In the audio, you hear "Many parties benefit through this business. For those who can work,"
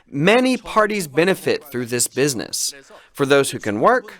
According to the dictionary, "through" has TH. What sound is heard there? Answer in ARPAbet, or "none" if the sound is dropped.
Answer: TH